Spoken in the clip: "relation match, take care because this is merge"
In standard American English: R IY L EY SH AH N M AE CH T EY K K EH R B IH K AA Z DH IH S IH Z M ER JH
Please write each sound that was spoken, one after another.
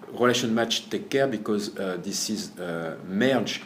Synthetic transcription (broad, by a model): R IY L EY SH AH N M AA CH T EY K K EH R B IH K AA Z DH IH S IH Z M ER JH